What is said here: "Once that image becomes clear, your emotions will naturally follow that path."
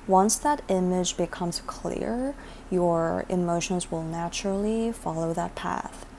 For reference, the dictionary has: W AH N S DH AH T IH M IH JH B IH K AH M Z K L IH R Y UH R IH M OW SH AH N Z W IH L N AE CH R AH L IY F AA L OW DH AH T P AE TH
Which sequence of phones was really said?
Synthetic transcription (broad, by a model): W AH N S DH AH T IH M IH JH B IH K AH M Z K L IH R Y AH R IH M OW SH AH N Z W IH L N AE CH R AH L IY F AA L OW DH AH T P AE TH